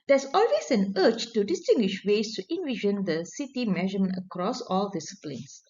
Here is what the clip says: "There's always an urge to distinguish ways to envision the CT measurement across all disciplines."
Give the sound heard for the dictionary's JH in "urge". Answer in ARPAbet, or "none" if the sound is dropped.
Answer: CH